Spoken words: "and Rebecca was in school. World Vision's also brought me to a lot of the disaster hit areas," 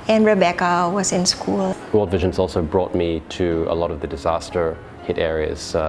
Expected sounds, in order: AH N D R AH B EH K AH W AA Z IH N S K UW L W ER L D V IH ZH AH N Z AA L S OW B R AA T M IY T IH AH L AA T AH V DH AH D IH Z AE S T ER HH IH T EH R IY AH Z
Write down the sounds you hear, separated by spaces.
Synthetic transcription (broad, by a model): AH N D R AH B EH K AH W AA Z IH N S K UW L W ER L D V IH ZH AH N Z AA L S OW B R AA T M IY T IH AH L AA T AH V DH AH D IH Z AE S T ER HH IH T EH R IY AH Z